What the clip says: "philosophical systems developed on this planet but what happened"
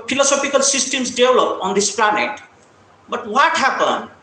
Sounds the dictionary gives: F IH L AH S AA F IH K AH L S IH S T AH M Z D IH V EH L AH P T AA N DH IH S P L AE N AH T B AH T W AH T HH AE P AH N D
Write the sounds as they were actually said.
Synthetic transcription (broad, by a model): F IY L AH S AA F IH K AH L S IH S T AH M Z D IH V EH L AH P AA N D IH S P L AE N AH T B AH T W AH T HH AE P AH N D